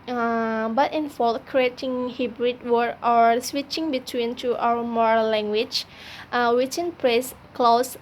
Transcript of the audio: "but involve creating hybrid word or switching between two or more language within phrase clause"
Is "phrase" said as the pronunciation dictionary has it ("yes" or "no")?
no